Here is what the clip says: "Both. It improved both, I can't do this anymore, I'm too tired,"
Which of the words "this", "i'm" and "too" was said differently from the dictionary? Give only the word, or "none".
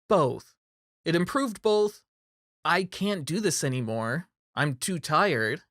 none